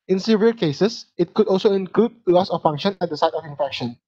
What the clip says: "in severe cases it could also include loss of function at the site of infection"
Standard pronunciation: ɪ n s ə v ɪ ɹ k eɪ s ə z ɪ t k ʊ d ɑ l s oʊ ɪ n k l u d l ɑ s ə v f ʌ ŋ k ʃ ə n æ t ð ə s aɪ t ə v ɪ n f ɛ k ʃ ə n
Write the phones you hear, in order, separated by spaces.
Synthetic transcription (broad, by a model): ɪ n s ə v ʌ l k eɪ s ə s ɪ t k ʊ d ɑ l s oʊ ɪ n k l u d l ɑ s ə f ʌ ŋ k ʃ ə n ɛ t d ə s aɪ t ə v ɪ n f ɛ k ʃ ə n